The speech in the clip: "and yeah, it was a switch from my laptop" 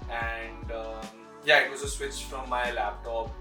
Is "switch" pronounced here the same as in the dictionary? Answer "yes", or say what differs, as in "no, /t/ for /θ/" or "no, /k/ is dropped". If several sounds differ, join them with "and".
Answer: yes